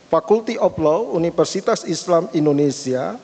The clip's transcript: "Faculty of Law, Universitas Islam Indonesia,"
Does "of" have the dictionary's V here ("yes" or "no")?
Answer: no